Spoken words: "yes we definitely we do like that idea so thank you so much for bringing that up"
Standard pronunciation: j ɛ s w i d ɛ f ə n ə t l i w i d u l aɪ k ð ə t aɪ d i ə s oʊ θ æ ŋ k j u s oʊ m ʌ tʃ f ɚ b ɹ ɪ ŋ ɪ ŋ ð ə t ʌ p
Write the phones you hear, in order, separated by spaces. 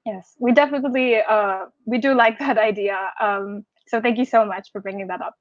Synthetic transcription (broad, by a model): j ɛ s w i d ɛ f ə n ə t l i w i d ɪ l aɪ k ð ə t aɪ d i ə s oʊ θ æ ŋ k j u s oʊ m ʌ tʃ f ɚ b ɹ ɪ ŋ ɪ ŋ ð ə t ʌ p